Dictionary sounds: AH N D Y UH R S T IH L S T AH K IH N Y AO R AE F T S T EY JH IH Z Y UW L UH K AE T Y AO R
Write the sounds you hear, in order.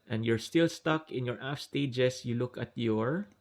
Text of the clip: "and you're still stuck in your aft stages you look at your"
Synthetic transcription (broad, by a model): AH N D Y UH R S T IH L S T AH K IH N Y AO R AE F S T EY JH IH S Y UW L UH K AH T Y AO R